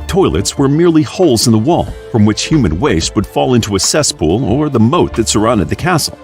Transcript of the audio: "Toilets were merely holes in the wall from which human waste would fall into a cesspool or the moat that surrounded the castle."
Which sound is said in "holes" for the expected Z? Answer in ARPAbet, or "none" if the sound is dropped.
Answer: Z